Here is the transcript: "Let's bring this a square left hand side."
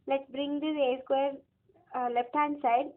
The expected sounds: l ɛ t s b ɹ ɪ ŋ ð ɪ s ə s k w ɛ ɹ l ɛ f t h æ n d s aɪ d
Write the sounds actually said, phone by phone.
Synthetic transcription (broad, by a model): l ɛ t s b ɹ ɪ ŋ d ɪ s ə s k w ɛ ɹ l ɛ f t h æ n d s aɪ d